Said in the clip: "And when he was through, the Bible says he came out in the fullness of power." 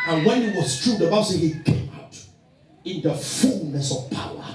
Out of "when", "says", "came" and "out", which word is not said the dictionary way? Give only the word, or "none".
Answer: says